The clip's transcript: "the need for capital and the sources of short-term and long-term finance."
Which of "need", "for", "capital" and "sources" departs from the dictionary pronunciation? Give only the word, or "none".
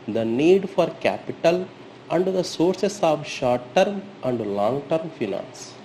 sources